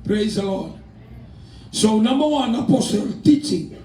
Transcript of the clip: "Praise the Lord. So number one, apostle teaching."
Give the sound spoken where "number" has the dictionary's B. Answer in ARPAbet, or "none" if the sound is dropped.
none